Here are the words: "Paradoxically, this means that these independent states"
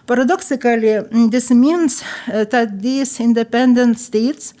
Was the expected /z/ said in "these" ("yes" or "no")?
no